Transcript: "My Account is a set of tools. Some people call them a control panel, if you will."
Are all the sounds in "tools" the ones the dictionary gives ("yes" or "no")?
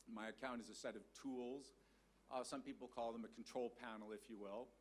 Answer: yes